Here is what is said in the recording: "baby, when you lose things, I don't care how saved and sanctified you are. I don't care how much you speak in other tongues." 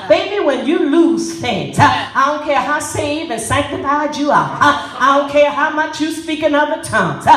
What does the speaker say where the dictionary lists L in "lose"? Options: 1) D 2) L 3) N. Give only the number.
2